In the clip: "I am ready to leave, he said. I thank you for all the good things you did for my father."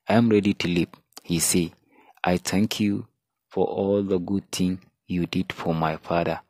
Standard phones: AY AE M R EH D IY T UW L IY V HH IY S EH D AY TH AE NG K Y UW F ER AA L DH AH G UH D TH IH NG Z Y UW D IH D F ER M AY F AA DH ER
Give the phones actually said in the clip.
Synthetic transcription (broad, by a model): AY M R EH D IY T UW L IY P HH IY S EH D AY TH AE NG K Y UW F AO AA L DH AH G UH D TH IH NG Y UW D IH D F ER M AY F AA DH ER